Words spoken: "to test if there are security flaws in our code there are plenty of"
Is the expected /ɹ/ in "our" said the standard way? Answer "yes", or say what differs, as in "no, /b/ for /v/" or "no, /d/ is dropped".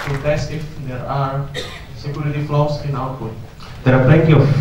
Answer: no, /l/ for /ɹ/